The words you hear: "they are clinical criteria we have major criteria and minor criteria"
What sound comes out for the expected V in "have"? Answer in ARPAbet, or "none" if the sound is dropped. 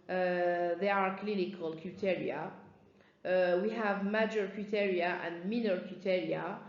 V